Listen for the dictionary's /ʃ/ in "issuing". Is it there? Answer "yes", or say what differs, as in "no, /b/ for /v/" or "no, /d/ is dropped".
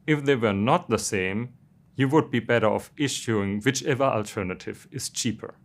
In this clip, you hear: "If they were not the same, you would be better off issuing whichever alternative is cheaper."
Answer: yes